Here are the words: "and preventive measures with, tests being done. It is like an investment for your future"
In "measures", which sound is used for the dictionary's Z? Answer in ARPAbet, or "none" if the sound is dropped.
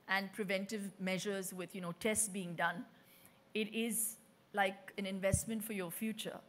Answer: Z